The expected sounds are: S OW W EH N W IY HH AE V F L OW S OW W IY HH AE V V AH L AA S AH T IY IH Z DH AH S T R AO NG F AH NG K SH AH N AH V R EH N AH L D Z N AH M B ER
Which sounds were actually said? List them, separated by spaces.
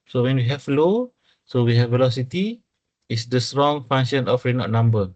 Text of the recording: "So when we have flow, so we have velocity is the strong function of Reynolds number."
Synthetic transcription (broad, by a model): S OW W EH N W IY HH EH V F L OW S OW W IY HH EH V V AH L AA S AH T IY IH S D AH S T R AO NG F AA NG SH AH N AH F R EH N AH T N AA M B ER